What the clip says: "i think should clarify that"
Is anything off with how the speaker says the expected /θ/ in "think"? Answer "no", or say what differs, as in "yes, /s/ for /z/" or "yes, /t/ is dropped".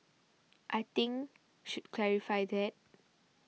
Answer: yes, /t/ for /θ/